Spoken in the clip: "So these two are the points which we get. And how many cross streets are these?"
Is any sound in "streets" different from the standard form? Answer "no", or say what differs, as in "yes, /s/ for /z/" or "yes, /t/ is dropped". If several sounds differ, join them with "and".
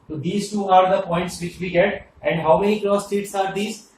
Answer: yes, /ɹ/ is dropped